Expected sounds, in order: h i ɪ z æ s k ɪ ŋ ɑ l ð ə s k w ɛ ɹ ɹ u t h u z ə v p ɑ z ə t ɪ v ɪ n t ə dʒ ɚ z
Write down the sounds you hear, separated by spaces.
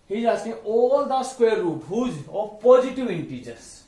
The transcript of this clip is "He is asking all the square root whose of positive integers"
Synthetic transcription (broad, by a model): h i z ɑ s ɪ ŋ ɑ l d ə s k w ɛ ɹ ɹ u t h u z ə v p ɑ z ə t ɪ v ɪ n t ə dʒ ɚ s